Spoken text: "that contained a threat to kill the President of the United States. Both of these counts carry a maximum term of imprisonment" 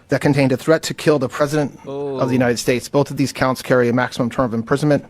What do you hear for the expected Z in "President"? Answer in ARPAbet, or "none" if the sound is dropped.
Z